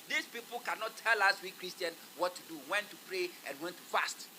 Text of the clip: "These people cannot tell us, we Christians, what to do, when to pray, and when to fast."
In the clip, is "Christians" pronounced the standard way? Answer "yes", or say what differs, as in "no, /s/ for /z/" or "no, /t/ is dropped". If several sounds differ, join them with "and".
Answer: no, /z/ is dropped